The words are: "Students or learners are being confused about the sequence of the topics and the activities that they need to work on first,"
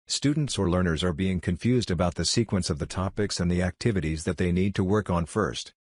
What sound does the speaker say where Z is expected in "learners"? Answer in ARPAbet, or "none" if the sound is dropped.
Z